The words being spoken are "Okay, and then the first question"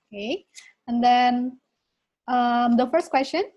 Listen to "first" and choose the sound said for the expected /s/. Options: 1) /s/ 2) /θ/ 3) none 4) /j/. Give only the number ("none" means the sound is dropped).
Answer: 1